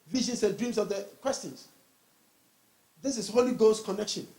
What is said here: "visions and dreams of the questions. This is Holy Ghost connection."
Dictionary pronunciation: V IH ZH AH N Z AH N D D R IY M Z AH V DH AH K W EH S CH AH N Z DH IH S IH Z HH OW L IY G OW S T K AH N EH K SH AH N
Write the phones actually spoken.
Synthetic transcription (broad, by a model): V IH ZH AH N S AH N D D R IY M S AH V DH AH K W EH S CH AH N S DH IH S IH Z HH OW L IY G OW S K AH N EH K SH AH N